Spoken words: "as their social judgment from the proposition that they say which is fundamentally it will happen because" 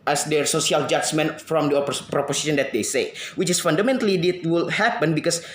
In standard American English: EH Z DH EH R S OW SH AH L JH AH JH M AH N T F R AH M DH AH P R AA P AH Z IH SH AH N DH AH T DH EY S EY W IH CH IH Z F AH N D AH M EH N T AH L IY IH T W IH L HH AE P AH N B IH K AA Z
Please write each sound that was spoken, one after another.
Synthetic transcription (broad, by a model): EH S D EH R S OW S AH L JH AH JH M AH N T F R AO M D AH P R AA P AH S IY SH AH N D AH T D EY S EY W IH CH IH S F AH N D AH M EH N T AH L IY IH T W IH L HH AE P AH N B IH K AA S